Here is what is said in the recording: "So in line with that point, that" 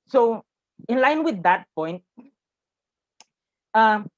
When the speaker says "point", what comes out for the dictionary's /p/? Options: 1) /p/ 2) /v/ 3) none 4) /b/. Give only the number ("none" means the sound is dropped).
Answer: 1